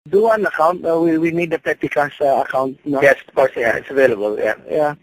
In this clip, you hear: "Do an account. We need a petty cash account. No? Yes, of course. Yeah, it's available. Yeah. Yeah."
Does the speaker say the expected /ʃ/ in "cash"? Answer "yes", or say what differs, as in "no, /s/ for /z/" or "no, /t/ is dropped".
no, /s/ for /ʃ/